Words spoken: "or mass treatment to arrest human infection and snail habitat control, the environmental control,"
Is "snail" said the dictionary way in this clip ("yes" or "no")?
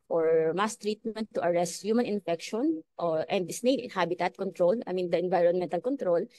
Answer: no